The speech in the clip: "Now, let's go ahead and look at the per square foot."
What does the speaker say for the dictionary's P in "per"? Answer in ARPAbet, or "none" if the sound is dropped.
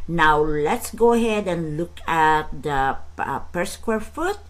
P